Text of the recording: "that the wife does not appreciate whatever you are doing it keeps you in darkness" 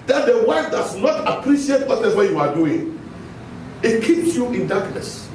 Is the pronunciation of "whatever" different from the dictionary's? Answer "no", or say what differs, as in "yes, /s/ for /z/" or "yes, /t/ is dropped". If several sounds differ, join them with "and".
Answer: yes, /w/ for /v/